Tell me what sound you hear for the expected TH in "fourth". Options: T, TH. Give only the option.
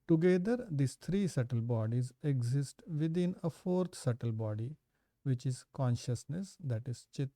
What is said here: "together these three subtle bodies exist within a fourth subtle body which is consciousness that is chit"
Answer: T